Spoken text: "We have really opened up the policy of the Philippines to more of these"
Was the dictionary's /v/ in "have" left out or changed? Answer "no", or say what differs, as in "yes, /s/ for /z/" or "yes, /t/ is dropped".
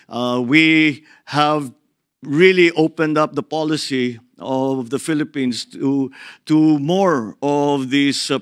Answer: no